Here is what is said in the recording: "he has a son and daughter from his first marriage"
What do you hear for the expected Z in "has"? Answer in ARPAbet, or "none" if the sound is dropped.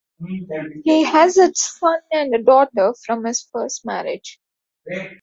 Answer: Z